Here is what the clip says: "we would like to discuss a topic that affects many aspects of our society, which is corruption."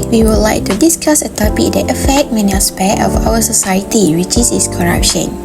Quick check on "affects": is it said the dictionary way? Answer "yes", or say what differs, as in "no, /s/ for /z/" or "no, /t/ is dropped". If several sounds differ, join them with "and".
no, /s/ is dropped